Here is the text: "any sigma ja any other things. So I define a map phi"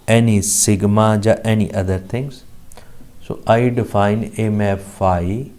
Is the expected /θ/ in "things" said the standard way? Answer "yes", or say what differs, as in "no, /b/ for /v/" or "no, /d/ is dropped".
no, /t/ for /θ/